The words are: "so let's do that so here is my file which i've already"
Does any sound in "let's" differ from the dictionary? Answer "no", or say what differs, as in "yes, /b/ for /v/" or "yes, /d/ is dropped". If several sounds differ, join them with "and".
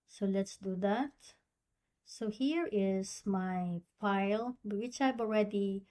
no